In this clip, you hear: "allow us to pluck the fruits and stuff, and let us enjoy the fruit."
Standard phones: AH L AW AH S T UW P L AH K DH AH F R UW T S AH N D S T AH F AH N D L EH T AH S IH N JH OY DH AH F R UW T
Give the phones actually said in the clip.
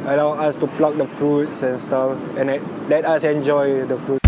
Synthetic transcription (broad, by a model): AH L AW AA S T UW P L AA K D AH F R UW T S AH N S T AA F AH N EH L EH T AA S IH N JH OY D AH F R UW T